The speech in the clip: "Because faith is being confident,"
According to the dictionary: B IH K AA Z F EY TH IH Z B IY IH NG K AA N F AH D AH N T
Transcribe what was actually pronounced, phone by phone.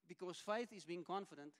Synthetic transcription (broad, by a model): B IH K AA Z F EY TH IH Z B IY IH NG K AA N F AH D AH N T